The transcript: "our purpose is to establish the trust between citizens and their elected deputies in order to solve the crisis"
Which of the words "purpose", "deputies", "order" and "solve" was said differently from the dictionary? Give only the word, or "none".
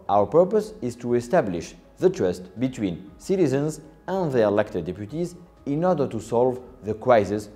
none